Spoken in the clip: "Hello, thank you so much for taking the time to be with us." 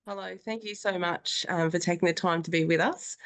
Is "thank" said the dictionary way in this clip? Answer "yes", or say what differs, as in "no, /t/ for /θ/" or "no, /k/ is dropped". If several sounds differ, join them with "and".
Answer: yes